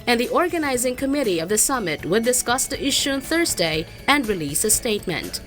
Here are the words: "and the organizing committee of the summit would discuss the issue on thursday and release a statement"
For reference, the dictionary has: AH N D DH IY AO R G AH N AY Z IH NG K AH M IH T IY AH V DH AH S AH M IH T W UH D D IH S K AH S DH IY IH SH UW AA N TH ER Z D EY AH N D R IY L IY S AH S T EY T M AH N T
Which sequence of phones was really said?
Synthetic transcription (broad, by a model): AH N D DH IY AO R G AH N AY Z IH NG K AH M IH T IY AH V DH AH S AH M IH T W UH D D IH S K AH S DH IY IH SH UW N TH ER Z D EY AH N D R IY L IY S AH S T EY T M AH N T